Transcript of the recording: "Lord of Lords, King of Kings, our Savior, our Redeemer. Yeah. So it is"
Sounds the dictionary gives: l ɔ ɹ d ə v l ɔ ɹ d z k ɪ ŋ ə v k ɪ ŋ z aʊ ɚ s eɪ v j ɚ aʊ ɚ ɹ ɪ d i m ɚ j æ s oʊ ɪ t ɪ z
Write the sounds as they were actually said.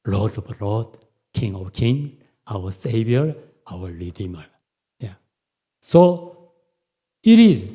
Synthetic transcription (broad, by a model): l ɔ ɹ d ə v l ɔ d k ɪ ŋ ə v k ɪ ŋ aʊ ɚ s eɪ v j ɚ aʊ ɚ l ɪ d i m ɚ j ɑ s oʊ ɪ t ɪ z